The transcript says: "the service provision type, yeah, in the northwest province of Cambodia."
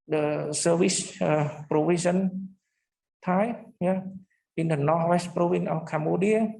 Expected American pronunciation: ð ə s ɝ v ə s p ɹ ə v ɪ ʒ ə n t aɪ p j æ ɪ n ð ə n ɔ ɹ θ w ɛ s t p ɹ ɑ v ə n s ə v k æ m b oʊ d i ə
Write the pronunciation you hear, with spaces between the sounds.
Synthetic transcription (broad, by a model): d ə s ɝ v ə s p ɹ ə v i s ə n t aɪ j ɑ ɪ n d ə n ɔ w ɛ s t p ɹ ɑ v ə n ə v k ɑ m b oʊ d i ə